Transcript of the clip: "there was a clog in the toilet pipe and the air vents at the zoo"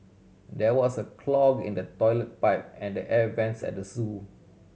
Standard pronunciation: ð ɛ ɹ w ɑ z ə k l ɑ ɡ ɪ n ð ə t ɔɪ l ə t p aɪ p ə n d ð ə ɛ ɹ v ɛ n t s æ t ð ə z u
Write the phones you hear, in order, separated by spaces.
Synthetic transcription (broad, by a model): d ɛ w ɑ s ə k l ɑ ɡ ɪ n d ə t ɔɪ l ə t p aɪ p ə n d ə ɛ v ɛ n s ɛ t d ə s u